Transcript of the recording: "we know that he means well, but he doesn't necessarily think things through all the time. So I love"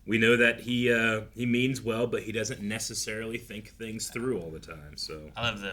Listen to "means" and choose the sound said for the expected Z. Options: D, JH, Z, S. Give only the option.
Z